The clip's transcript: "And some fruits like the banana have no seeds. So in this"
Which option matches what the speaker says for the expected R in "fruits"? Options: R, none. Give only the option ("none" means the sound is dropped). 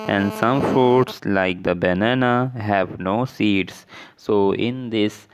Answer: none